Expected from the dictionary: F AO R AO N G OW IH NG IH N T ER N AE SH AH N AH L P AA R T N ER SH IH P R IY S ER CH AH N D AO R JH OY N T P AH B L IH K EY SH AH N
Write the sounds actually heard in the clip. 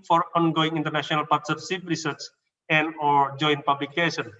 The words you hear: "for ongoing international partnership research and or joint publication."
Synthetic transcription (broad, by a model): F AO R AO N G OW IH NG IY N T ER N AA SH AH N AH L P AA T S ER S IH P R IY S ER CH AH N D AO R JH OY N P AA B L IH K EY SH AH N